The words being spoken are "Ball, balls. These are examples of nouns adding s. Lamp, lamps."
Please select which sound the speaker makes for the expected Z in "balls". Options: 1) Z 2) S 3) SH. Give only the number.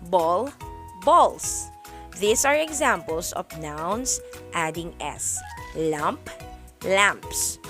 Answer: 2